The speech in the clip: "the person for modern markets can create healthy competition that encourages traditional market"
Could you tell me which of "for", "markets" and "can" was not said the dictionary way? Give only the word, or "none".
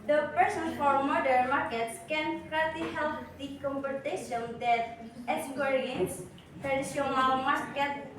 none